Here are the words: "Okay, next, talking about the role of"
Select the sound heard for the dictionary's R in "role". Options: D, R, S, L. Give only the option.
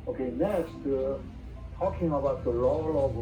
L